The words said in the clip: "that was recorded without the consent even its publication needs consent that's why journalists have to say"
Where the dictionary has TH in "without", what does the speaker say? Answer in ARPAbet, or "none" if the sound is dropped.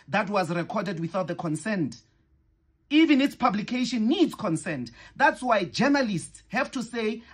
TH